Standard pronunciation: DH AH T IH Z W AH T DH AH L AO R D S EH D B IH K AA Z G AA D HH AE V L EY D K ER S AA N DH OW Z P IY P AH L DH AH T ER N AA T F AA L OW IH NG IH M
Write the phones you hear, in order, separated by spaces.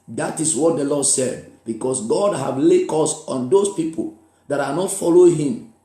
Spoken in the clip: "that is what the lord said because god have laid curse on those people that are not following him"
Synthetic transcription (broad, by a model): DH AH T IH S W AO T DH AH L AO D S EH D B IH K AA S G AA D HH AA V L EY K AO S AA N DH OW S P IY P AH L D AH T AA N AA T F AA L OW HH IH M